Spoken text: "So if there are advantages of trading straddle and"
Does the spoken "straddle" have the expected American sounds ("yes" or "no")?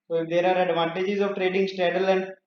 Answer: no